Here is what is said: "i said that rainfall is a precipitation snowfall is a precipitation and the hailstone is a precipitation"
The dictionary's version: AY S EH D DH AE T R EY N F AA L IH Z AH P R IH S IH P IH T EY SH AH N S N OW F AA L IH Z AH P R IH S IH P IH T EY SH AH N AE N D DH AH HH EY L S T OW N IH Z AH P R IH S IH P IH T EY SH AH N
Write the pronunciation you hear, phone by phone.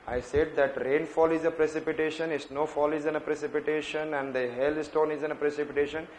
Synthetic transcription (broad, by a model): AY S EH D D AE T R EY N F AA L IH Z AH P R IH S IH P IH T EY SH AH N S N OW F AA L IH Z AH P R IH S IH P IH T EY SH AH N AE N D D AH HH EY L S T OW N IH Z AH P R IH S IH P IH T EY SH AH N